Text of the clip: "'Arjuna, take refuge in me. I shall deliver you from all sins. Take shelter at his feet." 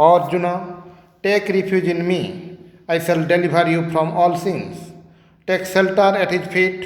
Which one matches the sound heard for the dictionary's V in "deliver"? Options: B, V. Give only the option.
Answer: B